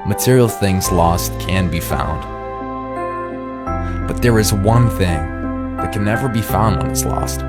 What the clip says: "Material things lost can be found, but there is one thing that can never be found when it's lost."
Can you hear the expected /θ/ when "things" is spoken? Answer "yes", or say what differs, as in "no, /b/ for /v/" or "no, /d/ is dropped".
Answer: yes